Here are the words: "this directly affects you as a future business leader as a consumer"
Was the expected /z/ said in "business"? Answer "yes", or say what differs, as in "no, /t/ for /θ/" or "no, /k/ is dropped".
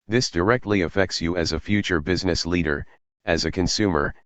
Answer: yes